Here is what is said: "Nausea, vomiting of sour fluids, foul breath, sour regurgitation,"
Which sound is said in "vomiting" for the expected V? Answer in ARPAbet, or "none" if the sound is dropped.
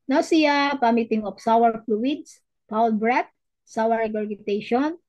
P